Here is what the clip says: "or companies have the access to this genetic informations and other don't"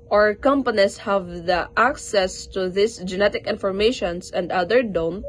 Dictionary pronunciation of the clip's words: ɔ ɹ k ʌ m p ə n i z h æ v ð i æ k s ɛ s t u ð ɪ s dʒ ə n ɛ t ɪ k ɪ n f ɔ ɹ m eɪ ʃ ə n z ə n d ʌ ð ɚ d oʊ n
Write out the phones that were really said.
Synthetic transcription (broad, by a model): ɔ ɹ k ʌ m p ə n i s h æ v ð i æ k s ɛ s t u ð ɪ s dʒ ə n ɛ t ɪ k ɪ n f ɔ ɹ m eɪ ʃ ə n s ə n d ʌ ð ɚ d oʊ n